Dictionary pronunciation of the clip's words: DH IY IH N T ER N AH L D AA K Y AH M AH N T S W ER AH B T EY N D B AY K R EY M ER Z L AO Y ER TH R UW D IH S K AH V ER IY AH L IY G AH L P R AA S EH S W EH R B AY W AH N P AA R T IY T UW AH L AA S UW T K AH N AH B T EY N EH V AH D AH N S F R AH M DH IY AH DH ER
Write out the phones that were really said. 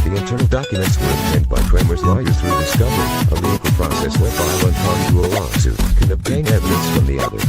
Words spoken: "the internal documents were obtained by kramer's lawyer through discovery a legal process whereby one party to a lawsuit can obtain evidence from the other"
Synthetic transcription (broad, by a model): DH IY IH N T ER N L D AA K Y AH M AH N T S W ER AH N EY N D B AY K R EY M ER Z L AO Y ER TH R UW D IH S K AH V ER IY AH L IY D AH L P R AA S EH S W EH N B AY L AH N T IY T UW AH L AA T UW K AH N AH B T EY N EH V AH D AH N S F R AH M DH IY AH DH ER